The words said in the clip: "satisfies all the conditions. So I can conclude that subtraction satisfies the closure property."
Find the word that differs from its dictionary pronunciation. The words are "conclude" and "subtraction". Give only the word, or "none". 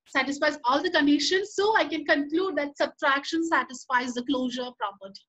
none